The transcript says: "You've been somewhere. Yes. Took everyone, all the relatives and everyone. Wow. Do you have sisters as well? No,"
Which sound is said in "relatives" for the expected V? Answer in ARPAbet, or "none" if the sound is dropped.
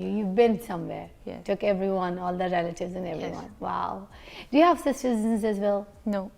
V